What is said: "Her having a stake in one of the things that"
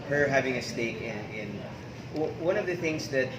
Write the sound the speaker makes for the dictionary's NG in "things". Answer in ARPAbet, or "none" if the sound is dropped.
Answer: NG